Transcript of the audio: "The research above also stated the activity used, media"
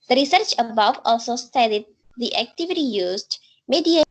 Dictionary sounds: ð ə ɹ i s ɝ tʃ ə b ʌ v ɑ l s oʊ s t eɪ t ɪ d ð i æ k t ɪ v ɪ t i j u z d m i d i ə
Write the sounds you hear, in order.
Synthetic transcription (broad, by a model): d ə ɹ i s ɝ tʃ ə b ʌ v ɑ l s oʊ s t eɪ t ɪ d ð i æ k t ɪ v ɪ t i j u z d m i d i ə